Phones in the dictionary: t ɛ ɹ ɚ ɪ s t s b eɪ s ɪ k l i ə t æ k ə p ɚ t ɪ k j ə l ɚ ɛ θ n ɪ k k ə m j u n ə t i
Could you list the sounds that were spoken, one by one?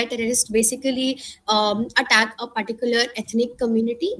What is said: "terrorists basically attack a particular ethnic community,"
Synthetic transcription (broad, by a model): t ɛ ɹ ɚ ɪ s t b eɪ s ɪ k l i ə t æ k ə p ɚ t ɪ k j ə l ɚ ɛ t n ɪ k k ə m j u n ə t i